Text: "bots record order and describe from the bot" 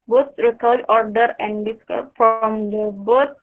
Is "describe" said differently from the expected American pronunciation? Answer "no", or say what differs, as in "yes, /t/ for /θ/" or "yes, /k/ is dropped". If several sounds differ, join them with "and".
yes, /ɹ/ is dropped